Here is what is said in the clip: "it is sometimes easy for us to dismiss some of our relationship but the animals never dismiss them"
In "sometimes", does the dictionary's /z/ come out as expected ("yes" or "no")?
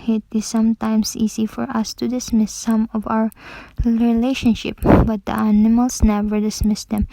no